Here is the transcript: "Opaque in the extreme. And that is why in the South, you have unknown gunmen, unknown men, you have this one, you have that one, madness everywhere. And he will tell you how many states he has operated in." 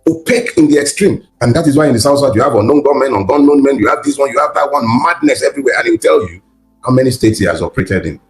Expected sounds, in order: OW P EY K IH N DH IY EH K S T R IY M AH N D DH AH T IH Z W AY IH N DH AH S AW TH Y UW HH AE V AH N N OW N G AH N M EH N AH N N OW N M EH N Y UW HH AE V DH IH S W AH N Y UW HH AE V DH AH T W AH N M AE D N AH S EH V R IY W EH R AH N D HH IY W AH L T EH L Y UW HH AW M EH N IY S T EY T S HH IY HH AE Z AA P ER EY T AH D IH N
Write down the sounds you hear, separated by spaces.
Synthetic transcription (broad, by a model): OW P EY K IH N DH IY EH K S T R IY M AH N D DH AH T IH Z W AY IH N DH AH S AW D Y UW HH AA V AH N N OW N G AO M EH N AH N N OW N M EH N Y UW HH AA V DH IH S W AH N Y UW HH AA V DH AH T W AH N M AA D N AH S EH V R IY W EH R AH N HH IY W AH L T EH L Y UW HH AW M EH N IY S T EY T S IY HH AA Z AA P ER EY T AH D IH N